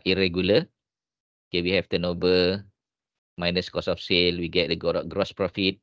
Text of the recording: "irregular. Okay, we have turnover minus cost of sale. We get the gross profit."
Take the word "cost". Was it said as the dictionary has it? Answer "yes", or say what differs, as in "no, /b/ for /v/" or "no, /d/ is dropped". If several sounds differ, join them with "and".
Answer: no, /t/ is dropped